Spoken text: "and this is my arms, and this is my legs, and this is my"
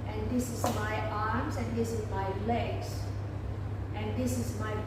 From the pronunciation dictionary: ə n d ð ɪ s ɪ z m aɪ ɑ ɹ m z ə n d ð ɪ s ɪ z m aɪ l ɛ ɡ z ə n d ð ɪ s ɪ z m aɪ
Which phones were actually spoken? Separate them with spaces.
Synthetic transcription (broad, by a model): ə n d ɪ s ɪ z m aɪ ɑ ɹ m s ə n d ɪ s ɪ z m aɪ l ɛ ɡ s ə n d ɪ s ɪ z m aɪ